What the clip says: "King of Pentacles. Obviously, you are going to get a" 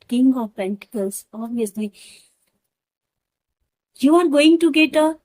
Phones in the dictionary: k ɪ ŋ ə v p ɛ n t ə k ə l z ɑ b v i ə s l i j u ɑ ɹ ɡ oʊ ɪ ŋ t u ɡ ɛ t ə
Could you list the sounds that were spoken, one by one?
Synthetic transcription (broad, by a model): k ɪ ŋ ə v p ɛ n t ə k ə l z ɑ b i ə s l i j u ɑ ɹ ɡ oʊ ɪ ŋ t u ɡ ɛ t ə